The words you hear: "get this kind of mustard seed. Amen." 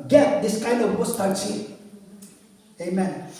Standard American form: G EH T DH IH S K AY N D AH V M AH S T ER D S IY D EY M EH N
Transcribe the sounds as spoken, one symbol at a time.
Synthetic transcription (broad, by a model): G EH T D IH S K AY N D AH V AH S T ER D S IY EY M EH N